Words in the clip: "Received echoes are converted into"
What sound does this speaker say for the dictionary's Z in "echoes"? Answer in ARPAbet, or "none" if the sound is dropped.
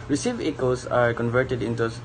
S